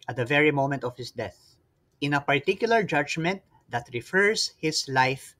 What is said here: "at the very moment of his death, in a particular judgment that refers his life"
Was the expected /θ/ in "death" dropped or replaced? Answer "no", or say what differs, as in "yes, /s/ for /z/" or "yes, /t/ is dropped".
no